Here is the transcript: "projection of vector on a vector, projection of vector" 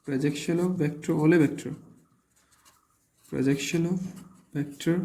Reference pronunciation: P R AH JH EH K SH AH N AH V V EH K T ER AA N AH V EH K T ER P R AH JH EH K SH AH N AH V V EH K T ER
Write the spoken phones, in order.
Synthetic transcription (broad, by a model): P R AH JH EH K SH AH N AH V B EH K T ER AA L AH B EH K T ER P R AH JH EH K SH AH N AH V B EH K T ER